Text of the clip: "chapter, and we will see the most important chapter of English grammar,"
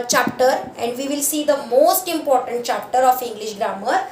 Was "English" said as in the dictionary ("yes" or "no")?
yes